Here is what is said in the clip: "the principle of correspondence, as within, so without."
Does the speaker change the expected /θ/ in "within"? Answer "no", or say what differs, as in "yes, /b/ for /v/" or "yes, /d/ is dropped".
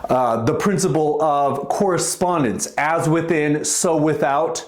no